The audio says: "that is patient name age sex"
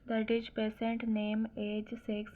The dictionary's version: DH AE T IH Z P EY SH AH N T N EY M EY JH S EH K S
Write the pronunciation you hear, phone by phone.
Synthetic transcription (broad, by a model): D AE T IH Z P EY S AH N T N EY M EY JH S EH K S